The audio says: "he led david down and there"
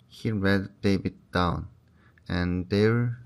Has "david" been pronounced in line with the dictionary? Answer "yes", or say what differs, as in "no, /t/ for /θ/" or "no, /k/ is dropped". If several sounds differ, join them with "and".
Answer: no, /b/ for /v/